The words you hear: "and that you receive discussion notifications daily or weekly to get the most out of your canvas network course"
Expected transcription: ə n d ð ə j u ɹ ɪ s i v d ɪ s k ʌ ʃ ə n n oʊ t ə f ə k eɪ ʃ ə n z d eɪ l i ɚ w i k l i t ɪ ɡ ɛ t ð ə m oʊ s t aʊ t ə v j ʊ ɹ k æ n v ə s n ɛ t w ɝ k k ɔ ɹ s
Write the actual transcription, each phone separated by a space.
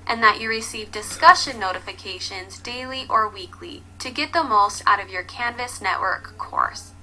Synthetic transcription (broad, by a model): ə n ð ə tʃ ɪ ɹ ɪ s i v d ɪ s k ʌ ʃ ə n n oʊ t ə f ə k eɪ ʃ ə n z d eɪ l i ɚ w i k l i t ɪ ɡ ɛ t ð ə m oʊ s t aʊ t ə v j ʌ ɹ k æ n v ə s n ɛ t w ɝ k k ɔ ɹ s